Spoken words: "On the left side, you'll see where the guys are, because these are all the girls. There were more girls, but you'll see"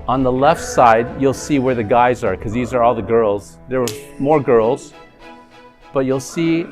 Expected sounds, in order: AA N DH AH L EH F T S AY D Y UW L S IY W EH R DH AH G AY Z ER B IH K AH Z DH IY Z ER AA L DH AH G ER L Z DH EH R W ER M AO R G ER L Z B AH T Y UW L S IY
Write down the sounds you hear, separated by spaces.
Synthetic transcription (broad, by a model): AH N DH AH L EH F T S AY D Y UW L S IY W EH R DH AH G AY Z ER K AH Z DH IY Z ER AA L DH AH G ER L Z DH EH R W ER M AO R G ER L Z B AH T Y UW L S IY